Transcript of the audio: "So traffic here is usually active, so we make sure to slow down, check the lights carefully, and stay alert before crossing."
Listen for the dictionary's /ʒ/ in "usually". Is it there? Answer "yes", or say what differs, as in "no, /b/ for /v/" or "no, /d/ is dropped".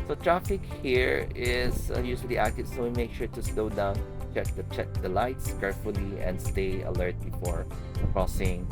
no, /s/ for /ʒ/